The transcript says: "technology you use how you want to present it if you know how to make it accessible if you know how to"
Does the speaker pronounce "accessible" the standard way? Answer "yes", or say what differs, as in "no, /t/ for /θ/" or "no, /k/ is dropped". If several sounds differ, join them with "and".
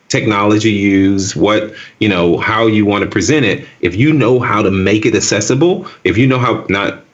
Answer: no, /k/ is dropped